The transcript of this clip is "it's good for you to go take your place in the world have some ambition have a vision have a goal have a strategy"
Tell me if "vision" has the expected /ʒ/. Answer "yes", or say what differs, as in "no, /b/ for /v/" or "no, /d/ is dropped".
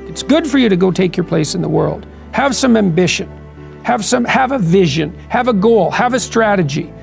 yes